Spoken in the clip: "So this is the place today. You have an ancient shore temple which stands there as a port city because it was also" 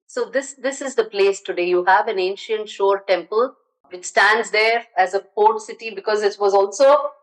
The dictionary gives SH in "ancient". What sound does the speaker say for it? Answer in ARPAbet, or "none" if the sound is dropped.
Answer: SH